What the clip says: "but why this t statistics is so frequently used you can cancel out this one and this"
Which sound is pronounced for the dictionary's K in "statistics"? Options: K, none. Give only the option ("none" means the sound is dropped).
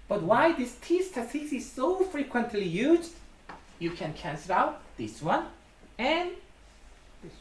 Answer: none